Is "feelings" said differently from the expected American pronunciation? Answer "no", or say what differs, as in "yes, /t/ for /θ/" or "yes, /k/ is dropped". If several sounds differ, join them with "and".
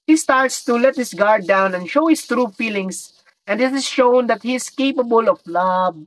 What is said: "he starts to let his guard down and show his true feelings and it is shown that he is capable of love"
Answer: yes, /s/ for /z/